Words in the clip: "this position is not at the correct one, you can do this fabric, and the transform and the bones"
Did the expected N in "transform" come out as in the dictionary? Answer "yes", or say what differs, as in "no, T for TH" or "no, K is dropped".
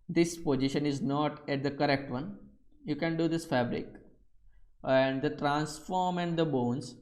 yes